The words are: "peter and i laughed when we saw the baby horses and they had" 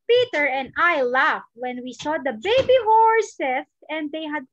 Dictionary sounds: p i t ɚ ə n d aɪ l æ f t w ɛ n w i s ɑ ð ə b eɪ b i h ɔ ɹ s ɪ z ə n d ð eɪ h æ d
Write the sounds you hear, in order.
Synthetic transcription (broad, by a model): p i t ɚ ə n d aɪ l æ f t w ɛ n w i s ɑ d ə b eɪ b i h ɔ ɹ s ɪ s ə n d eɪ h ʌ d